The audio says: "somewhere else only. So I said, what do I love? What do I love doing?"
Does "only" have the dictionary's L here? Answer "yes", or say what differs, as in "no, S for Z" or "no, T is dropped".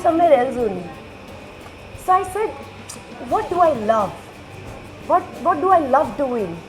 no, L is dropped